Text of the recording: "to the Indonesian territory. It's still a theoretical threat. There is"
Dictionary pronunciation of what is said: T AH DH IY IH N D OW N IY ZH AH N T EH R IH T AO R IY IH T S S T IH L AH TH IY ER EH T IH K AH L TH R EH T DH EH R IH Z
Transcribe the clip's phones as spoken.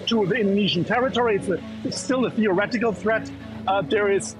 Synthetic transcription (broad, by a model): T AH DH IY IH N D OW N IY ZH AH N T EH R IH T AO R IY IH T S S T IH L AH TH IY ER EH T IH K AH L TH R EH T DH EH R IH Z